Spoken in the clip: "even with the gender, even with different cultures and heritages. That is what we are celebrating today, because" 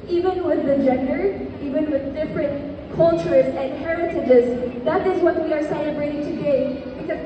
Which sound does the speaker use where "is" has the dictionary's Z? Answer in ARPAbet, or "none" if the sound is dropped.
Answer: Z